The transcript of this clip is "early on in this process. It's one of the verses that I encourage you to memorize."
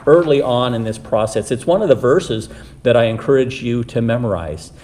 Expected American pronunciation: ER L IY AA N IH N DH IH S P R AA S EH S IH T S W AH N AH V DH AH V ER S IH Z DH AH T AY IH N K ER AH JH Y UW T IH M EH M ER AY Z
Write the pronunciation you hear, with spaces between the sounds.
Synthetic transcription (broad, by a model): ER L IY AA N IH N DH IH S P R AA S EH S IH T S W AH N AH V DH AH V ER S IH Z DH AH T AY IH N K ER AH JH Y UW T IH M EH M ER AY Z